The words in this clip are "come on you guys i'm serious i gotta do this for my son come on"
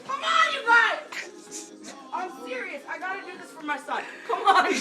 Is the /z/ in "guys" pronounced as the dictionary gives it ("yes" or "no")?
no